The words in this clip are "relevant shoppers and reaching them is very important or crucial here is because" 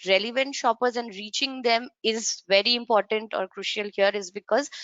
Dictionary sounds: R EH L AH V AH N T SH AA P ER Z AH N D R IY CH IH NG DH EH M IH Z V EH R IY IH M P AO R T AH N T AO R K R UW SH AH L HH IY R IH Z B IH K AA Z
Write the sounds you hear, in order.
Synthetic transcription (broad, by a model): R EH L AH V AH N T SH AA P ER Z AH N D R IY CH IH NG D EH M IH Z V EH R IY IH M P AO R T AH N T AO R K R UW SH AH L HH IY R IH Z B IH K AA Z